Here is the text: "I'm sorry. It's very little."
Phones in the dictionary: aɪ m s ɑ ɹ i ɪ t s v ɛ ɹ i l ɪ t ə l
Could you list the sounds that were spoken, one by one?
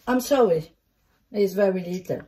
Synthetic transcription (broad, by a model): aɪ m s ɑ i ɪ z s v ɛ ɹ i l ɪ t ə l